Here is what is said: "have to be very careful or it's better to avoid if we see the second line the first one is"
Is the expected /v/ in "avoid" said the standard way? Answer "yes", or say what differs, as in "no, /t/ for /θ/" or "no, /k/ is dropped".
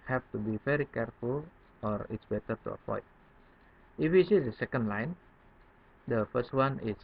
no, /p/ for /v/